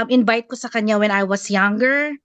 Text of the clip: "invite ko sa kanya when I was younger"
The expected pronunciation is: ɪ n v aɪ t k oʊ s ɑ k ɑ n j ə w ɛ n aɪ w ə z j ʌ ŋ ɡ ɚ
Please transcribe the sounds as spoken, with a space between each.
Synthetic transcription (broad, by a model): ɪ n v aɪ t k oʊ s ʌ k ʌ n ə w ɛ n aɪ w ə s j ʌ ŋ ɡ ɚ